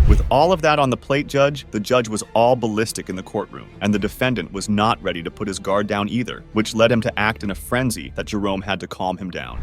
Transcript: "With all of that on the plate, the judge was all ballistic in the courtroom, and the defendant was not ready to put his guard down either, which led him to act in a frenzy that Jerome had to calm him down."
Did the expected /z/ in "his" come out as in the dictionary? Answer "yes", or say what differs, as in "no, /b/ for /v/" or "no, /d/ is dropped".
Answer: yes